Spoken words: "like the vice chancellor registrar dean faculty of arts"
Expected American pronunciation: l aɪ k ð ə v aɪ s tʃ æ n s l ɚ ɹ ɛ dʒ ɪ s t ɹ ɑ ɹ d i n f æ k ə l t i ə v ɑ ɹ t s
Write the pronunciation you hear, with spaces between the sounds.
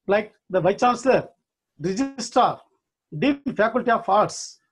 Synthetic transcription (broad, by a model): l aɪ k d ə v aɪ tʃ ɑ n s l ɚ ɹ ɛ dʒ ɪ s t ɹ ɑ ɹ d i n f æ k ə l t i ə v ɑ ɹ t s